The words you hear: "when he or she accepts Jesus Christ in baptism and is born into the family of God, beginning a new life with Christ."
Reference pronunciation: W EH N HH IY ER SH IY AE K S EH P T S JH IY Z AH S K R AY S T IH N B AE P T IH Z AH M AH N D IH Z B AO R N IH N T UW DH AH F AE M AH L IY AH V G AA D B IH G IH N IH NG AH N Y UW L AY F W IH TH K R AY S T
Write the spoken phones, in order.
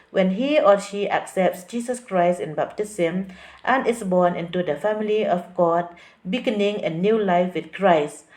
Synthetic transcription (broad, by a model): W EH N HH IY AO SH IY AE K S EH P T S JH IY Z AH S K R AY S T IH N B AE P T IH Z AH M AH N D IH S B AO N IH N T UW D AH F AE M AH L IY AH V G AA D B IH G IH N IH NG AH N Y UW L AY F W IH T K R AY S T